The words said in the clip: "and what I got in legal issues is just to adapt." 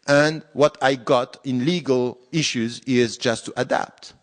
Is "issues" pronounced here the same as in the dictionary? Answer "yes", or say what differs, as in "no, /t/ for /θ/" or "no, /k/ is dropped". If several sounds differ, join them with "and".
yes